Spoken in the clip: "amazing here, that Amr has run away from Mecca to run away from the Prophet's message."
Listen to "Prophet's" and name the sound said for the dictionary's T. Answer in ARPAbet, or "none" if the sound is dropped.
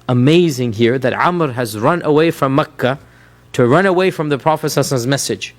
S